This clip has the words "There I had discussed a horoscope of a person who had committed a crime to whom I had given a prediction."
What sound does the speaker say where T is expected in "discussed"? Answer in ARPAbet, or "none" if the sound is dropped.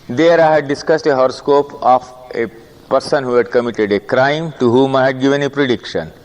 T